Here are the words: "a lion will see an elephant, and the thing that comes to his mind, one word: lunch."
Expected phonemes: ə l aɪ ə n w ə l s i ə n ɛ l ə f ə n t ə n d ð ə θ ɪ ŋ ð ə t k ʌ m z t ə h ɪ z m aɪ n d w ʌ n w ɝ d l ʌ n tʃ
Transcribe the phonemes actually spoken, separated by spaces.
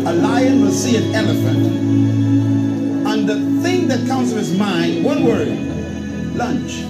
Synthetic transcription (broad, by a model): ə l aɪ ə n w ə s i ə n ɛ l ə f ə n t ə n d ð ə θ ɪ ŋ ð ə t k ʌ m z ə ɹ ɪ z m aɪ n d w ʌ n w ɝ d l ʌ n tʃ